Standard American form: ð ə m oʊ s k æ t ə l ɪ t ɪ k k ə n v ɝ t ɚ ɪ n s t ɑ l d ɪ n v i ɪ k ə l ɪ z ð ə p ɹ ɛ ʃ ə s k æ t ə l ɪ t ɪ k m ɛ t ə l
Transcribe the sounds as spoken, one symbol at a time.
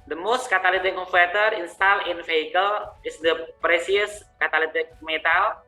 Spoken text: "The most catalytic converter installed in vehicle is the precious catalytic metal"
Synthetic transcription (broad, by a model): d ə m oʊ s k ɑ t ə l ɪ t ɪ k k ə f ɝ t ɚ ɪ n s t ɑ l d ɪ n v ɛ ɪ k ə l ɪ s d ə p ɹ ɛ s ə s k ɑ t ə l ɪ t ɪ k m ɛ t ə l